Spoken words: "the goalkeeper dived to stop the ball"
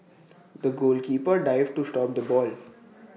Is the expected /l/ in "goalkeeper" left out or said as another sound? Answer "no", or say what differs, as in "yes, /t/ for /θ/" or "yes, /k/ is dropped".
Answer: no